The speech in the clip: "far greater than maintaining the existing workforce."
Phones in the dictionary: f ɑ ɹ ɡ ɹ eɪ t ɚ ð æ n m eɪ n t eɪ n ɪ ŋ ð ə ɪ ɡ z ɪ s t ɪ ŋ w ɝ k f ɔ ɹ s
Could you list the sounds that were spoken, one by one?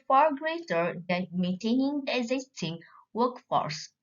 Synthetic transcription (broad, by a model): f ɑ ɹ ɡ ɹ eɪ t ɚ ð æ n m eɪ n t eɪ n ɪ ŋ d ɪ ɡ z ɪ s t ɪ ŋ w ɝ k f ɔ ɹ s